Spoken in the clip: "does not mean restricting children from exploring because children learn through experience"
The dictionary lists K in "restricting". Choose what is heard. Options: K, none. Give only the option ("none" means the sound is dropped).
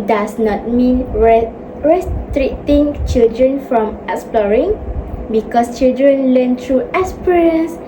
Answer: none